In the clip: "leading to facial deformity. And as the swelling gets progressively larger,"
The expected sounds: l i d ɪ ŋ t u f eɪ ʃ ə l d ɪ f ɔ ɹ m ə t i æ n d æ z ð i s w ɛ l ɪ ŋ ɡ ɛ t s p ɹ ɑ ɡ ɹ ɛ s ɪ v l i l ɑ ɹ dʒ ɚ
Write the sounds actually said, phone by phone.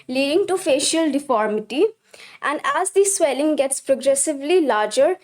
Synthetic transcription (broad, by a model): l i d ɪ ŋ t u f eɪ ʃ ə l d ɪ f ɔ ɹ m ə t i æ n d æ z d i s w ɛ l ɪ ŋ ɡ ɛ t s p ɹ ɑ ɡ ɹ ɛ s ɪ v l i l ɑ ɹ dʒ ɚ